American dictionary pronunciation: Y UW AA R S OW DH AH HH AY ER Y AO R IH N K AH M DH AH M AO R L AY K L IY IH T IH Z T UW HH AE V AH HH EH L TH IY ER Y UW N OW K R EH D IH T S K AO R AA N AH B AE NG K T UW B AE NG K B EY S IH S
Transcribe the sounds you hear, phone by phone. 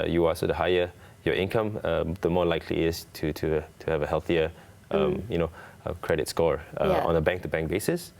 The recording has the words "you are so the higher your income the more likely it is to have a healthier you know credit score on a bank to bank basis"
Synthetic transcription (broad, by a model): Y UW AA L S OW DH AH HH AY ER Y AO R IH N K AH M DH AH M AO L AY K L IY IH T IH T T UW HH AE V AH HH EH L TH IY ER Y UW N OW K R EH D IH T S K AO R AA N AH B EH NG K T UW B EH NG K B EY S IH S